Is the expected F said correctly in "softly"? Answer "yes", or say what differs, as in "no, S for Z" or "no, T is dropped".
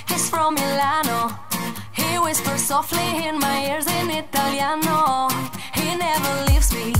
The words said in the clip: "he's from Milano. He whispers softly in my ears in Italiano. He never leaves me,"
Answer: yes